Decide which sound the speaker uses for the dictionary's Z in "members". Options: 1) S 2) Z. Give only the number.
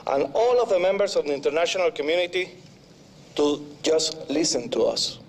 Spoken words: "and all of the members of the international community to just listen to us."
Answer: 1